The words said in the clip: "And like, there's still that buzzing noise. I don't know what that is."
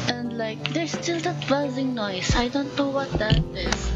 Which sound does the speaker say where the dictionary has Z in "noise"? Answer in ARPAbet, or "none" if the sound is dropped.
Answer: S